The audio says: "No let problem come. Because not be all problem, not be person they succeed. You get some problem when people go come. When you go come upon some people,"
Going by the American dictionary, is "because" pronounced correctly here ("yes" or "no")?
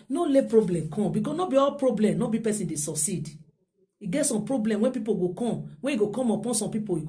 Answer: no